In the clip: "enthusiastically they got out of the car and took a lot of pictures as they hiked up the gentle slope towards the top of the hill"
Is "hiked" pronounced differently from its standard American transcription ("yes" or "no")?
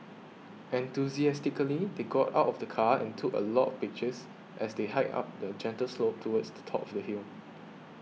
yes